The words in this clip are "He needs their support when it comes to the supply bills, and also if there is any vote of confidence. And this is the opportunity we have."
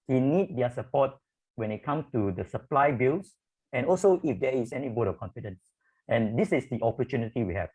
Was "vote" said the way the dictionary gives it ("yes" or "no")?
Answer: no